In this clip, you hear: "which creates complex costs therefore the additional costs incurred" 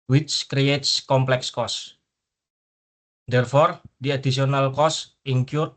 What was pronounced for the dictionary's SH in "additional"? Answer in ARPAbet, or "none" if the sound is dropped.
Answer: S